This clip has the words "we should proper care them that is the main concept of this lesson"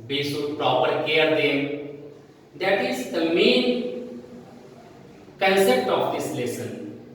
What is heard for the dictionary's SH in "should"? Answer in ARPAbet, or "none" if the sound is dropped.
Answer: S